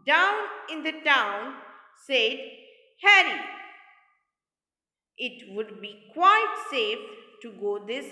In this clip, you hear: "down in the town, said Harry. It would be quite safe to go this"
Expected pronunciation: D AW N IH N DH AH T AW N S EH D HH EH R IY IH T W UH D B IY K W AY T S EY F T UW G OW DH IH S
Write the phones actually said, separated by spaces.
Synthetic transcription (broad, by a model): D AW N IH N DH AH T AW N S EH D HH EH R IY IH T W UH D B IY K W AY T S EY F T UW G OW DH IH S